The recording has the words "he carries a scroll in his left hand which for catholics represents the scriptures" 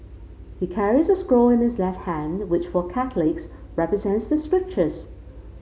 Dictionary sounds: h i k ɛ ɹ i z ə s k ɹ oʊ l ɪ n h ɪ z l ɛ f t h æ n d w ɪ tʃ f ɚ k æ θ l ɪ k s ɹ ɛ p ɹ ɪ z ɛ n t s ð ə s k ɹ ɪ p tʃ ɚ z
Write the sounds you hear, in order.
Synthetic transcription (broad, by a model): h i k ɛ ɹ i z ə s k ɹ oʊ l ɪ n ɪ z l ɛ f t h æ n w ɪ tʃ f ɚ k æ θ l ɪ k s ɹ ɛ p ɹ ɪ z ɛ n t s ð ə s k ɹ ɪ p tʃ ɚ z